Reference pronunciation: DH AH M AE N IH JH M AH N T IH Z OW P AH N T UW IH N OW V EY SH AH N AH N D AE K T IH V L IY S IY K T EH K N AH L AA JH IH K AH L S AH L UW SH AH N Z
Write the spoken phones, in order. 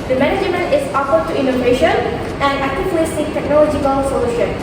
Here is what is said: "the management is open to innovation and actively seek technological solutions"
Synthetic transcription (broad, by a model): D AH M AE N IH JH M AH N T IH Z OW F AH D T UW IH N OW V EY SH AH N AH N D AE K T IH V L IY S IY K T EH K N AH L AA JH IH K AH L S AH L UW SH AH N